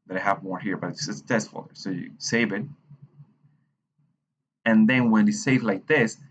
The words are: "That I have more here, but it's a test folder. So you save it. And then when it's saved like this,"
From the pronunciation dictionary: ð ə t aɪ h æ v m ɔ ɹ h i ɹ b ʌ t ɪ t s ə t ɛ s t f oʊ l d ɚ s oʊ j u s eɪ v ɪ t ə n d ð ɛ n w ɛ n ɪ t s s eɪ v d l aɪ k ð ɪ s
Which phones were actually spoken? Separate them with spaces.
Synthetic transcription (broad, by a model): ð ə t aɪ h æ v m ɔ ɹ h i ɹ b ʌ t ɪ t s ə t ɛ s t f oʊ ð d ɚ s oʊ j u s eɪ v ɪ t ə n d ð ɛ n w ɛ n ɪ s s eɪ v l aɪ k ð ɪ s